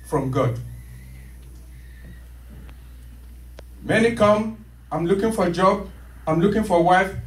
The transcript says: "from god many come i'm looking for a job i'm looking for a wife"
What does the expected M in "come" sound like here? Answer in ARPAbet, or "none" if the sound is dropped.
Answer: M